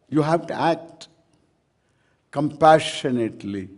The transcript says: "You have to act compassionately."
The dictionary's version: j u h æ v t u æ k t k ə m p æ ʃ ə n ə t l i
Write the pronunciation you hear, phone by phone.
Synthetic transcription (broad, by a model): j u h æ v t u æ k t k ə m p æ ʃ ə n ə t l i